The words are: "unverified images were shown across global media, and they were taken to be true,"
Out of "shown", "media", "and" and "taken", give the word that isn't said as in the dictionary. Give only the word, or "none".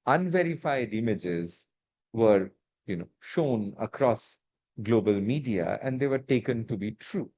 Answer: none